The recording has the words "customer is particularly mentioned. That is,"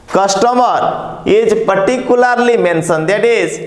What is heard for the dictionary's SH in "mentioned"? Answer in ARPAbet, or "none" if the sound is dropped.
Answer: S